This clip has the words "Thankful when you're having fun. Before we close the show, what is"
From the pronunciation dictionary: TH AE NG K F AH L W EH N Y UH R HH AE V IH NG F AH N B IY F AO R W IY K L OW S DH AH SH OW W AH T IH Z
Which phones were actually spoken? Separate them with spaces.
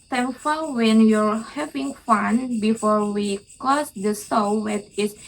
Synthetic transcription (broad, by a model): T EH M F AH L W EH N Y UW R HH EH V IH NG F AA N B IY F AO R W IY K OW S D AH S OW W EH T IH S